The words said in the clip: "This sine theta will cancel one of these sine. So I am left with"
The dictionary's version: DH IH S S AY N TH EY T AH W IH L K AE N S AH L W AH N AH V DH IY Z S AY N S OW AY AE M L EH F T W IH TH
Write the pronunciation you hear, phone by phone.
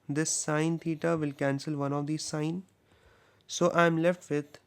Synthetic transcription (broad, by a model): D IH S S AY N T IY T AH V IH L K AE N S AH L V AH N AH V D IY S AY N S OW AY M L EH F T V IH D